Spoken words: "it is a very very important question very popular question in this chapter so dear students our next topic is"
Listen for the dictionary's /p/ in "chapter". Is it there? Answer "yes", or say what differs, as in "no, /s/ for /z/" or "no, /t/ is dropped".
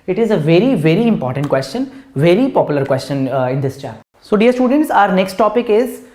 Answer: no, /p/ is dropped